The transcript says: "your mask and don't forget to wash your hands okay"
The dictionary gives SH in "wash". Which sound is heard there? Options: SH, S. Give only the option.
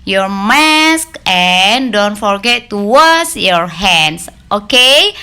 S